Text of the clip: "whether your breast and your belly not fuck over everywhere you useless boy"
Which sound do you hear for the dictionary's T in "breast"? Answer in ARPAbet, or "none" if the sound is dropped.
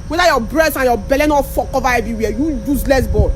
none